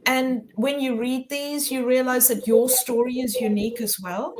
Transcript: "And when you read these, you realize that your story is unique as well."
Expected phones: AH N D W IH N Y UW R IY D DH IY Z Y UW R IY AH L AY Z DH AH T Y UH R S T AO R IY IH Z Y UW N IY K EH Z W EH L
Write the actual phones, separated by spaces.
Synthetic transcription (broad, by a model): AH N W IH N Y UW R IY D DH IY Z Y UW R IY AH L AY Z DH AH T Y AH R S T AO R IY IH Z Y UW N IY K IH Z W EH L